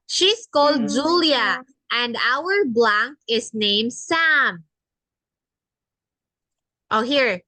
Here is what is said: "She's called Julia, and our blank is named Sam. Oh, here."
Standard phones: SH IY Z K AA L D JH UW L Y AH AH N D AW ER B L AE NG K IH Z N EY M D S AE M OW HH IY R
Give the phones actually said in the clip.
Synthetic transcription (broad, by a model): SH IY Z K AA L D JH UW L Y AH AH N D AW ER B L AE NG K IH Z N EY M D S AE M OW HH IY R